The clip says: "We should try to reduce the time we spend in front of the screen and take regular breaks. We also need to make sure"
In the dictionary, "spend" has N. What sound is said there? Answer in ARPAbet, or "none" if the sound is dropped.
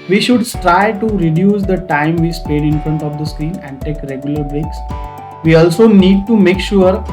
none